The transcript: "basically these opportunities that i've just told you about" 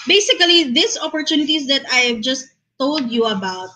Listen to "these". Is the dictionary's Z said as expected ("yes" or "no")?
no